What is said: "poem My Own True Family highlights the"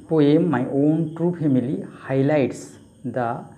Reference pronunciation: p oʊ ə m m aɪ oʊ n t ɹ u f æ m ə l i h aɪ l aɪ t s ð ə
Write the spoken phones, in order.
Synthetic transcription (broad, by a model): p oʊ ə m m aɪ oʊ n t ɹ u p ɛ m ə l i h aɪ l aɪ t s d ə